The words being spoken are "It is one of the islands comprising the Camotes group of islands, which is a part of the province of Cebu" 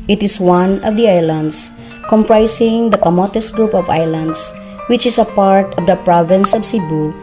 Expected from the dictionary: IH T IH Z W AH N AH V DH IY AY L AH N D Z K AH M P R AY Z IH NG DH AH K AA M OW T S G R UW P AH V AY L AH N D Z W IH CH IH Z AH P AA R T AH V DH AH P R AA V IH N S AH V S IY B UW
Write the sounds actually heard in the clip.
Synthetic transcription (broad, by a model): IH T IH S W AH N AH V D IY AY L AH N D S K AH M P R AY S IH NG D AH K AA M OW T S G R UW P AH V AY L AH N D S W IH CH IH S AH P AA R T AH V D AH P R AA V IH N S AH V S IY B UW